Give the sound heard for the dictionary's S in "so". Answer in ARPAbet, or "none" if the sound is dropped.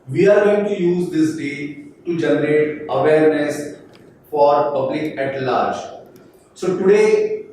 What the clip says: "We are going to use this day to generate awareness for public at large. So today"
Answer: S